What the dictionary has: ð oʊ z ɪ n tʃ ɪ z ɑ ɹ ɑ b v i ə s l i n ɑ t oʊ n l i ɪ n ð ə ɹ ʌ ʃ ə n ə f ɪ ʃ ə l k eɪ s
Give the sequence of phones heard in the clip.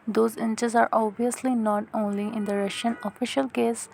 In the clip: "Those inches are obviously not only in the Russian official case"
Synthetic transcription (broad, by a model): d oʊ z ɪ n tʃ ɪ z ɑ ɹ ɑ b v i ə s l i n ɑ t oʊ n l i ɪ n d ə ɹ ʌ ʃ ə n ə f ɪ ʃ ə l k eɪ s